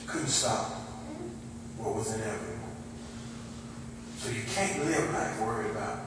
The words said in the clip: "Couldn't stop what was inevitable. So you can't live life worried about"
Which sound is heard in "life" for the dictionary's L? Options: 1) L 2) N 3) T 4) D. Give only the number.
2